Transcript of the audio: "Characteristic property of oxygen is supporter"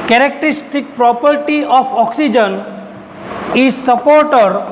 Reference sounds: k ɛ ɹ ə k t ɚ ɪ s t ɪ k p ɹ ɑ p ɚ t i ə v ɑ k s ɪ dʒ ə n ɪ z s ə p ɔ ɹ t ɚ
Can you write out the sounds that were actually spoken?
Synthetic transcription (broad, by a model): k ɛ ɹ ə k t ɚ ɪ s t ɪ k p ɹ ɑ p ɚ t i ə p ɑ k s ɪ dʒ ə n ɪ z s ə p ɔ ɹ t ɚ